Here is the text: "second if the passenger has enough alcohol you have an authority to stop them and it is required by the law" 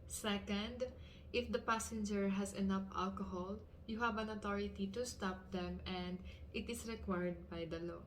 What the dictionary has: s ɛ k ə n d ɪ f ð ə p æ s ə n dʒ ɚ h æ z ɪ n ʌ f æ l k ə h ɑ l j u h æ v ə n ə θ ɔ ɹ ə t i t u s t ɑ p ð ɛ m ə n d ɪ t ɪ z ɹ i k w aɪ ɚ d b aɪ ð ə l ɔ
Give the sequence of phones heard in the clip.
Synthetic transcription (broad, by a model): s ɛ k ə n d ɪ f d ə p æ s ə n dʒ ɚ h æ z ɪ n ʌ f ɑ l k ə h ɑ l j u h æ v ə n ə t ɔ ɹ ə t i t u s t ɑ p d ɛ m ə n d ɪ t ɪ s ɹ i k w aɪ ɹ d b aɪ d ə l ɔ